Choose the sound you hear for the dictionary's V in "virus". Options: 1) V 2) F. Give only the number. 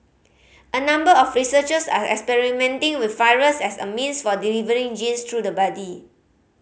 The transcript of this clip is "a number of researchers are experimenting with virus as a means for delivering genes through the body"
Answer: 2